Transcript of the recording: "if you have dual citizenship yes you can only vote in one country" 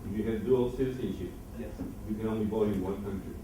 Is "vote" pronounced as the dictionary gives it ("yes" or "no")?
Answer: no